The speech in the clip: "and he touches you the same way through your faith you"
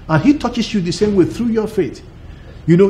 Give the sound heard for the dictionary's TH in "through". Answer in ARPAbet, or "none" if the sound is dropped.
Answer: TH